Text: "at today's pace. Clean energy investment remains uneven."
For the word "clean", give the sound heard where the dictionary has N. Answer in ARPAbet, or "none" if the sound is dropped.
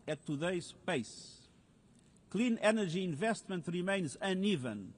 N